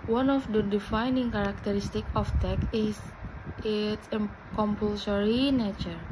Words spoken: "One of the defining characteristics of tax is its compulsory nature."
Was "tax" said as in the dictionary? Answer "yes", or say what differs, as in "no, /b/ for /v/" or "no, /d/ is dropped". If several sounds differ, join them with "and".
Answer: no, /s/ is dropped